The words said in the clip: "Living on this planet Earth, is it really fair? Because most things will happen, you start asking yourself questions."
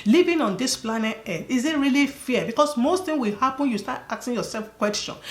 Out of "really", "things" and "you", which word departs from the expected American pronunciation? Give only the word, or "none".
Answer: things